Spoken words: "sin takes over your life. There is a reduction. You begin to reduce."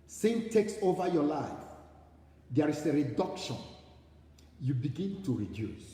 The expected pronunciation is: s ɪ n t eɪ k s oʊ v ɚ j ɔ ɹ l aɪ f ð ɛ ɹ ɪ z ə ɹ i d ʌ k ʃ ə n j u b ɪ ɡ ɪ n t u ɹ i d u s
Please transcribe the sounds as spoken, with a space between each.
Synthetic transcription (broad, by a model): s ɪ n t eɪ k s oʊ v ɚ j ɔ l aɪ f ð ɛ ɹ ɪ s ə ɹ i d ʌ k ʃ ə n j u b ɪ ɡ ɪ n t u ɹ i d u s